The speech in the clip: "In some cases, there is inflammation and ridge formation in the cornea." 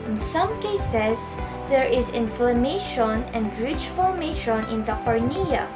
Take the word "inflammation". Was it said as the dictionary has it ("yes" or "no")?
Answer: yes